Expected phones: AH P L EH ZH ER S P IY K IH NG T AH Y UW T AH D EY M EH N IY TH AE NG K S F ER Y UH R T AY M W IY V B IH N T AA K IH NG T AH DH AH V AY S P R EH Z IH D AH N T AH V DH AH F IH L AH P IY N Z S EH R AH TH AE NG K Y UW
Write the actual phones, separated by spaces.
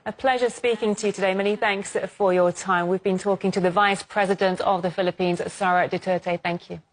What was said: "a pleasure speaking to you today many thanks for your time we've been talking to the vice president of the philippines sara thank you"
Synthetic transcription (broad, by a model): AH P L EH ZH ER S P IY K IH NG T AH Y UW T AH D EY M EH N IY TH AE NG K S F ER Y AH T AY M W IY V B IH N T AA K IH NG T AH DH AH V AY S P R EH Z IH D AH N T AH V DH AH F IH L AH P IY N Z S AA R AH TH AE NG K Y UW